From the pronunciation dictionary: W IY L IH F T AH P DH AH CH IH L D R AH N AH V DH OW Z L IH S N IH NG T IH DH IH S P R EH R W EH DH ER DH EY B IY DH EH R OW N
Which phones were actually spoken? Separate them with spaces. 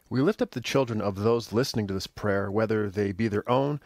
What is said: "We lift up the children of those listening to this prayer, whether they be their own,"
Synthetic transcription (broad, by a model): W IY L IH F T AH P DH AH CH IH L D R AH N AH V DH OW Z L IH S N IH NG T IH DH IH S P R EH R W EH DH ER DH EY B IY DH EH R OW N